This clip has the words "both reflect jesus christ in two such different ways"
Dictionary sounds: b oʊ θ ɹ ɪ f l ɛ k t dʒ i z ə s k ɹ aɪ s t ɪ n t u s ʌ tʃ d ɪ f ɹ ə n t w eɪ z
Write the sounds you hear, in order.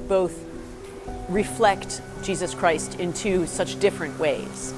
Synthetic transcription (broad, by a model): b oʊ θ ɹ ɪ f l ɛ k t dʒ i z ə s k ɹ aɪ s t ɪ n t u s ʌ tʃ d ɪ f ɹ ə n t w eɪ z